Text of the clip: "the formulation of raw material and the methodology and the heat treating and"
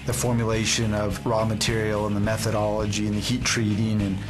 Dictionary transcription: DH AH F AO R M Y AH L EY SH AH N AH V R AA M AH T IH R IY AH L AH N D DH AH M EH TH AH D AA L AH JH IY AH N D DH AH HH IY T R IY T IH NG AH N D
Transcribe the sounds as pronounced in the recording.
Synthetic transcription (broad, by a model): DH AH F AO R M Y AH L EY SH AH N AH V R AA M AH T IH R IY L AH N DH AH M EH TH AH D AA L AH JH IY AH N DH AH HH IY T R IY T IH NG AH N